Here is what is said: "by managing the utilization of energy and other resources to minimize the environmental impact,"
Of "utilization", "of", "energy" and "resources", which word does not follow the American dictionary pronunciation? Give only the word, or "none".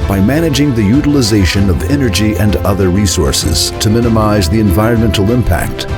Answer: none